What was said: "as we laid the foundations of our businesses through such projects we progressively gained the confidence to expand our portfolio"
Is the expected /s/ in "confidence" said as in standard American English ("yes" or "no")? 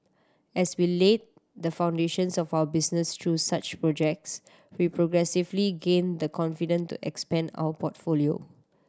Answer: no